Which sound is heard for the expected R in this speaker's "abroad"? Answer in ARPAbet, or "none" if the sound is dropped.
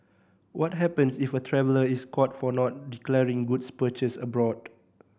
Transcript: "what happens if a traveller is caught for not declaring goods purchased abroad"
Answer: R